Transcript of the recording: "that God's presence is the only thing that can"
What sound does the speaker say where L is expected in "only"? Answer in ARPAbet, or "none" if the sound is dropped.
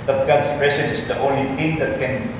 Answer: L